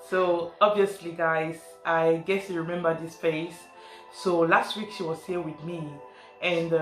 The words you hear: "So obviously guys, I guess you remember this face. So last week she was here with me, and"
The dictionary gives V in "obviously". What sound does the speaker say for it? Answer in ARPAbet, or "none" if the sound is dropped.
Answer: V